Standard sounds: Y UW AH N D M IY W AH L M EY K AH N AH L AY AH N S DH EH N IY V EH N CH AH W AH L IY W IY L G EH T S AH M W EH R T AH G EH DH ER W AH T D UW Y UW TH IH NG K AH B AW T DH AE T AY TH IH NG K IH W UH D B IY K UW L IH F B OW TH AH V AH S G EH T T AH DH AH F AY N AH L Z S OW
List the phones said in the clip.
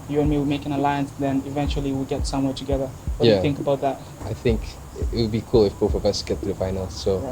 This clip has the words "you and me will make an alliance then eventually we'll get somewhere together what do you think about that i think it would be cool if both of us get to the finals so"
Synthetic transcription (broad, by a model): Y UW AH N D M IY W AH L M EY K AH N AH L AY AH N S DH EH N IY V EH N CH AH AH L IY W IY L G EH T S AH M W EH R T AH G EH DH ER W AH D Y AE TH IH NG K AH B AW T DH AE T AY TH IH NG K IH W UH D B IY K UW L IH F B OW F AH V AH S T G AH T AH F AY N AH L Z S OW